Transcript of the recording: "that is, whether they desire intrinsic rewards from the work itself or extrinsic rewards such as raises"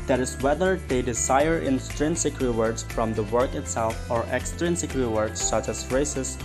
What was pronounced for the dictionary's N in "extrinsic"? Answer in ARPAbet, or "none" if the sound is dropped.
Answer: N